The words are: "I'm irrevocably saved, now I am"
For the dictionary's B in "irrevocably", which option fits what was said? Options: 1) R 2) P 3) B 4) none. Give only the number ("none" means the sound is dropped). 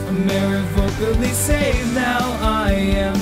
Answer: 4